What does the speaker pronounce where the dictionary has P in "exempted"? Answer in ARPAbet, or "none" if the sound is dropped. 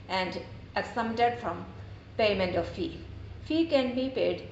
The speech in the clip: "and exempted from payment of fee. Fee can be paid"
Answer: none